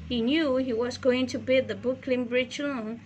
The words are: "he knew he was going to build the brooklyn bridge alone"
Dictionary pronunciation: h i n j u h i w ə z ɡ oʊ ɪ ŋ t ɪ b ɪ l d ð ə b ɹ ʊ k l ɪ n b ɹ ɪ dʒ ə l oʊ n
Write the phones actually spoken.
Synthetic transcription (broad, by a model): h i n j u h i w ə z ɡ oʊ ɪ ŋ t ɪ b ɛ d ð ə b ʊ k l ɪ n b ɹ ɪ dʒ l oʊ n